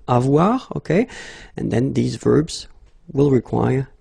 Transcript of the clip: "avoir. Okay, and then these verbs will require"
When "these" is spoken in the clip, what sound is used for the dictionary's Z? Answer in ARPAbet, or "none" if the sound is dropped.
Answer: Z